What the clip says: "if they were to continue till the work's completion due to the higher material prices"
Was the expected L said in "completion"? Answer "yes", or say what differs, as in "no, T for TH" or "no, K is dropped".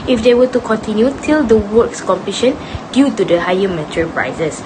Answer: no, L is dropped